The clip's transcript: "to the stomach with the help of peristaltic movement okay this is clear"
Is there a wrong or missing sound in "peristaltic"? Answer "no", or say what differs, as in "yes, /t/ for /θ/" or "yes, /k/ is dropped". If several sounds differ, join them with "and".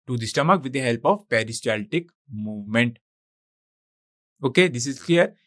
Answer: no